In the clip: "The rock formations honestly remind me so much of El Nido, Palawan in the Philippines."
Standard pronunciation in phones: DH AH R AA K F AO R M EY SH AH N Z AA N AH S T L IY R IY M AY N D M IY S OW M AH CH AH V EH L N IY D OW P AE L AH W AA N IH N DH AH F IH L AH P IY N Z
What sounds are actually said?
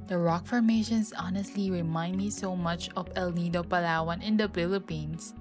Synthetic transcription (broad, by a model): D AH R AA K F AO R M EY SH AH N S AA N AH S T L IY R IY M AY N D M IY S OW M AH CH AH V EH L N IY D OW P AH L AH W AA N IH N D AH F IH L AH P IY N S